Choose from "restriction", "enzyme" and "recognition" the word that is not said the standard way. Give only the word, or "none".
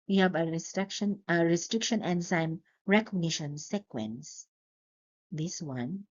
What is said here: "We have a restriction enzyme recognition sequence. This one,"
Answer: enzyme